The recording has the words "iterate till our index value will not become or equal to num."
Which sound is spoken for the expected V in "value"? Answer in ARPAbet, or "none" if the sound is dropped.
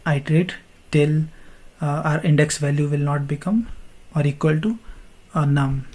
V